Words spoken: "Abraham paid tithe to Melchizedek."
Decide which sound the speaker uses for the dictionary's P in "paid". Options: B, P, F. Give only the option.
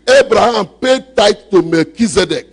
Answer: P